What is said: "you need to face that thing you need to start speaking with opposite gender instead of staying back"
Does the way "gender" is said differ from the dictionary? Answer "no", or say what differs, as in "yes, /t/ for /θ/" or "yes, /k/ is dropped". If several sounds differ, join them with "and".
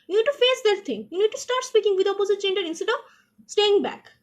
yes, /tʃ/ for /dʒ/